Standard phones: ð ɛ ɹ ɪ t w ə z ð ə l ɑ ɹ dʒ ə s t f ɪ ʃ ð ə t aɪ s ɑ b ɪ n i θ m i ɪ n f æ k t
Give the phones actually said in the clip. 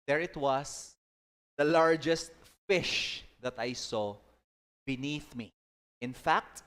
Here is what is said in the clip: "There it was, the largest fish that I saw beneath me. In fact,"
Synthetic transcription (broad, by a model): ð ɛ ɹ ɪ t w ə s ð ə l ɑ ɹ dʒ ə s t f ɪ ʃ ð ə t aɪ s ɑ b ɪ n i θ m i ɪ n f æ k t